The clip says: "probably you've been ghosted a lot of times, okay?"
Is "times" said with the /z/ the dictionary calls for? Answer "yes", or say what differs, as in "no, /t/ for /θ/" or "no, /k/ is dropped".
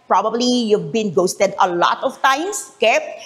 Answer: no, /s/ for /z/